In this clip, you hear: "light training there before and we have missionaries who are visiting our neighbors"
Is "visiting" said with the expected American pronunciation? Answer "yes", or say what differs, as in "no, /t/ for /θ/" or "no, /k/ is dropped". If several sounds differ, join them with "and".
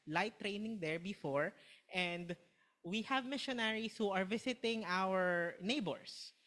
no, /s/ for /z/